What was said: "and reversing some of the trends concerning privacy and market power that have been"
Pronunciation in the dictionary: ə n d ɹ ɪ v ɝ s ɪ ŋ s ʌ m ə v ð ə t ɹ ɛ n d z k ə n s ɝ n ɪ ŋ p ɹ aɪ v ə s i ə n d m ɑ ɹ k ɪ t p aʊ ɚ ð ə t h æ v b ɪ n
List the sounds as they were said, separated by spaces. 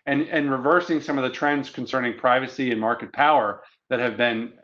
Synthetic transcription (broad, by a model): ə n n ɹ ɪ v ɝ s ɪ ŋ s ʌ m ə v ð ə t ɹ ɛ n d z k n s ɝ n ɪ ŋ p ɹ aɪ v ə s i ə n m ɑ ɹ k ɪ t p aʊ ɚ ð ə t h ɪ v b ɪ n